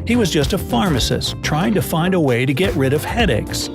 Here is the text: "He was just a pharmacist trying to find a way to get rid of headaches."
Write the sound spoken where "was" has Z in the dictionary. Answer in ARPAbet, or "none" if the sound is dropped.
Z